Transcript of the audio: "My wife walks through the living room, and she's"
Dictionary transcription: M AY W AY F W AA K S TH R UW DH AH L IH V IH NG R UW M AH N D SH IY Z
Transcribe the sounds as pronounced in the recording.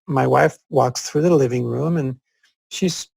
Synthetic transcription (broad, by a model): M AY W AY F W AA K S TH R UW DH AH L IH V IH NG R UW M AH N SH IY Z